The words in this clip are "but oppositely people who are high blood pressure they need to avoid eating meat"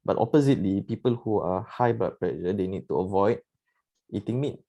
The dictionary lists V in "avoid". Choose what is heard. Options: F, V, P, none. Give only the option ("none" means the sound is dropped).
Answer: V